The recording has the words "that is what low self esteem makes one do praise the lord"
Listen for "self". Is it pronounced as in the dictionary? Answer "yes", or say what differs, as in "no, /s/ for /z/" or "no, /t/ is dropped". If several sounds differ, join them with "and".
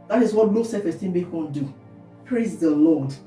no, /l/ is dropped